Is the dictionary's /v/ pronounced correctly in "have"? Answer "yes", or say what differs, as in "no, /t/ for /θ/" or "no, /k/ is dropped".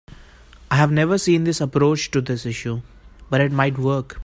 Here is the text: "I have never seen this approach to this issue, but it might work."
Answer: yes